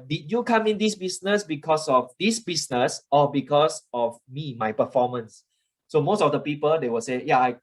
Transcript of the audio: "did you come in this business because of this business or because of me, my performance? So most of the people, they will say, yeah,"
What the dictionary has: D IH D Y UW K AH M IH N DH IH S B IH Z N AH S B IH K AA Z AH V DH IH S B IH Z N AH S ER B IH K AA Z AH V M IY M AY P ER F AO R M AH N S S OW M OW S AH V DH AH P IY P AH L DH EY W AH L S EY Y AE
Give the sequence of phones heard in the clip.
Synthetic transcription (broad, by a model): D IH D Y UW K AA M IH N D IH S B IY S N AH S B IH K AA S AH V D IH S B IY S N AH S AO B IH K AA S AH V M IY M AY P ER F AO M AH N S S OW M OW S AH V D AH P IY P AH L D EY W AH S EY Y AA